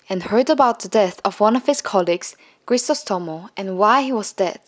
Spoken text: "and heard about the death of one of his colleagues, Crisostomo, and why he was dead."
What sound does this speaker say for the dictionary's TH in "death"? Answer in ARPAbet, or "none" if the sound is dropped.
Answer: TH